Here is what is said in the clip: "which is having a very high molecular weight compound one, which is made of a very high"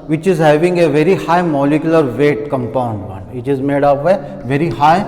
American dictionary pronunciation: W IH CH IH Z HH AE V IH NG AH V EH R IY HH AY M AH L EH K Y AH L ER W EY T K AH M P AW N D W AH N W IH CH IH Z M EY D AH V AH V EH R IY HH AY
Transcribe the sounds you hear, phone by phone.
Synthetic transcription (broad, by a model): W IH CH IH Z HH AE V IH NG AH V EH R IY HH AY M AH L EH K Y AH L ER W EY T K AH M P AW N D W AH N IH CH IH Z M EY D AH P AH V EH R IY HH AY